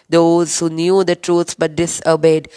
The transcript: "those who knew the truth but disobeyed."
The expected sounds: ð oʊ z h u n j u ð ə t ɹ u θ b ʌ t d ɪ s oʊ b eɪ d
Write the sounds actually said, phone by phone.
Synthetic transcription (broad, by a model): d oʊ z h u n j u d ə t ɹ u s b ʌ t d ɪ s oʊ b eɪ d